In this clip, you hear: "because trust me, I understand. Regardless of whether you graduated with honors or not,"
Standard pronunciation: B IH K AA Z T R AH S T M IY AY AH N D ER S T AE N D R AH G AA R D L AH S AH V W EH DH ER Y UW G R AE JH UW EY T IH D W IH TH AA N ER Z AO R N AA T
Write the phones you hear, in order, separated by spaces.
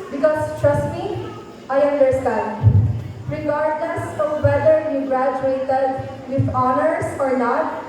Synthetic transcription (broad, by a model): B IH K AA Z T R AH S M IY AY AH N D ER S T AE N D R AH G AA R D N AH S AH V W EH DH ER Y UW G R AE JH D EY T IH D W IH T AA N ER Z AO R N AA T